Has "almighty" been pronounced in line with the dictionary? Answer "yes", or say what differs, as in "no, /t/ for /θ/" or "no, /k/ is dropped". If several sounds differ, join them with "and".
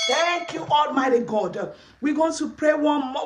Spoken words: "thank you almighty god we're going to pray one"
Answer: yes